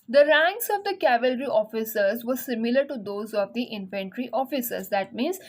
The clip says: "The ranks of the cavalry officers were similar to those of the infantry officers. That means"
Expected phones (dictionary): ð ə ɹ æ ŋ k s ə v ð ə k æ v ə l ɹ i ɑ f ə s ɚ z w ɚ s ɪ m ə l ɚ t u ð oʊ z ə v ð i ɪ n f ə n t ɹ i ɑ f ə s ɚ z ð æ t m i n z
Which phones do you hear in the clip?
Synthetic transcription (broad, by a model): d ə ɹ æ ŋ k s ə v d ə k æ v ə l ɹ i ɑ f ə s ɚ z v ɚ s ɪ m ə l ɚ t u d oʊ z ə v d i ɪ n f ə n t ɹ i ɑ f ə s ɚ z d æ t m i n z